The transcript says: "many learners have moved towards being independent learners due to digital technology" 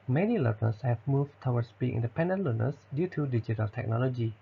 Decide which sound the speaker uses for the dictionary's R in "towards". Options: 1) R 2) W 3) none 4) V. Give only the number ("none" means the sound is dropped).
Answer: 2